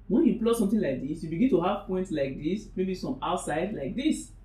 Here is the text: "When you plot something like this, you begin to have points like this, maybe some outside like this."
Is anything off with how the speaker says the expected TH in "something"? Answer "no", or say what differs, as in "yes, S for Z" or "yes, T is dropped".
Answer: yes, T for TH